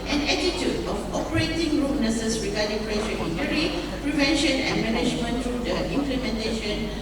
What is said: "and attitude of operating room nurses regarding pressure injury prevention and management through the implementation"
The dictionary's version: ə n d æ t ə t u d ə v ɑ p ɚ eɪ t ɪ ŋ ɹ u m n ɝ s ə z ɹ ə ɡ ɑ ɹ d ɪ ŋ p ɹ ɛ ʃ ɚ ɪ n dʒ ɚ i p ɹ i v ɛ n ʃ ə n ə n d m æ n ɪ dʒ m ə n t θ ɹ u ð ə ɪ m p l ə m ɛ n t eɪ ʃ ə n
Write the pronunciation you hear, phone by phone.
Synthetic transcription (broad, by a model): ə n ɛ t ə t u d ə f ɑ p ɚ eɪ t ɪ ŋ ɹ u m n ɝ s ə s ɹ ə ɡ ɑ d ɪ ŋ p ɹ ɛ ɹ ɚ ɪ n ɚ i p ɹ i v ɛ n ʃ ə n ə n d m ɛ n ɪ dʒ m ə n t ɹ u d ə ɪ m p l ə m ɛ n t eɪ ʃ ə n